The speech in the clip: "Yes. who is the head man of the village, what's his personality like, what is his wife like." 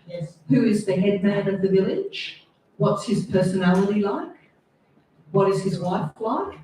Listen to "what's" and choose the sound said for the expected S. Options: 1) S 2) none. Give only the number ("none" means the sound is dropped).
1